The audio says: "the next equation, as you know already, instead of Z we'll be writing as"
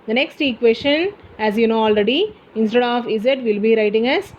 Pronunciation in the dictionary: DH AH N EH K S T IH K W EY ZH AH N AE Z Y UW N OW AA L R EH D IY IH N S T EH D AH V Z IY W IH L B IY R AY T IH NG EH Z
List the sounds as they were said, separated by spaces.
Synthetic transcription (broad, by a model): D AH N EH K S T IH K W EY S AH N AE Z Y UW N OW AA L R EH D IY IH N S T EH D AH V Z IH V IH L B IY R AY T IH NG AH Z